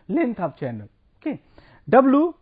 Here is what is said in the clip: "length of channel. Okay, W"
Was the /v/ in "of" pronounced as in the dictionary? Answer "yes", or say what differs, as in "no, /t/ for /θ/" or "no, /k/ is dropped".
no, /p/ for /v/